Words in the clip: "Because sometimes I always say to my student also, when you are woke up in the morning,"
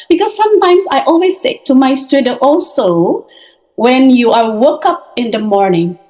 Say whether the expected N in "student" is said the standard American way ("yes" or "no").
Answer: no